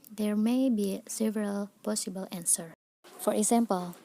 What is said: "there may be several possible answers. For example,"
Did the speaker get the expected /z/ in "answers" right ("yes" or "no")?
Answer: no